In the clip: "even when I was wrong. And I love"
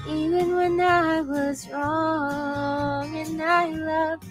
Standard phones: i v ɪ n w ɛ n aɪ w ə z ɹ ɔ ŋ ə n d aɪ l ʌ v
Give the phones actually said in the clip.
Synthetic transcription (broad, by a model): i v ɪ n w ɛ n aɪ w ə z ɹ ɔ ŋ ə n aɪ l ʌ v